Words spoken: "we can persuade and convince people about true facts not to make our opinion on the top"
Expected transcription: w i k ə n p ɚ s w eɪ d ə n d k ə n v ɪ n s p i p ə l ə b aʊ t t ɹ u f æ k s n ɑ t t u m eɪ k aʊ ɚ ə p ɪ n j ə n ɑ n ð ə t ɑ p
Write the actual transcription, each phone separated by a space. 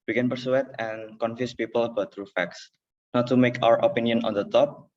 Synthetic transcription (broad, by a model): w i k ə n p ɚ s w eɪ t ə n k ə n f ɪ s p i p ə l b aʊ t t ɹ u f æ k s n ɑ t t u m eɪ k aʊ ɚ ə p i n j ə n ɑ n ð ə t ɑ p